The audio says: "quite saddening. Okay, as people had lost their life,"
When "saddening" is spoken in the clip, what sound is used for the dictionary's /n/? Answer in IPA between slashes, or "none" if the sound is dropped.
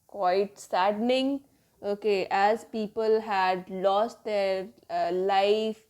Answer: /n/